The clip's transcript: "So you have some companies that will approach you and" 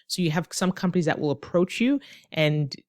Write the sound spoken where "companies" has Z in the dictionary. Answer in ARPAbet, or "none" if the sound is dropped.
Z